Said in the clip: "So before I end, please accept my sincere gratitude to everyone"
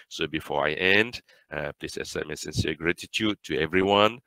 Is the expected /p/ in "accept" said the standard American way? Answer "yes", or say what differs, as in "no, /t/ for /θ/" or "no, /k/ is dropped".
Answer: no, /p/ is dropped